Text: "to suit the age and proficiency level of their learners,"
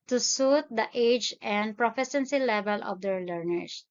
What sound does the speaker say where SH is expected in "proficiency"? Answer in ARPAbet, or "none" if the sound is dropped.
S